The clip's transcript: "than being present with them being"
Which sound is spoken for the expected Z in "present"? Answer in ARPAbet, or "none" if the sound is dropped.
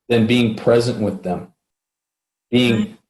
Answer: Z